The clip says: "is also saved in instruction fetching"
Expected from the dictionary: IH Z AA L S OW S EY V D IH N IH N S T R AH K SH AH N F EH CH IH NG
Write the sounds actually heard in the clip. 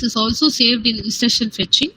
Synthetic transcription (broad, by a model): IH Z AA L S OW S EY V D IH N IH S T AH SH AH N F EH CH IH NG